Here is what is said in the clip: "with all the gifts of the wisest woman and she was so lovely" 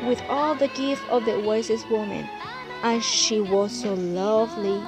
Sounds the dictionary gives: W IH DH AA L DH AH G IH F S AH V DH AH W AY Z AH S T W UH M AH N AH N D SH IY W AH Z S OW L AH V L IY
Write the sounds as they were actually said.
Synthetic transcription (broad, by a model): W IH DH AA L DH AH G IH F AH V DH AH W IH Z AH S W UH M AH N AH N SH IY W AH Z S OW L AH V L IY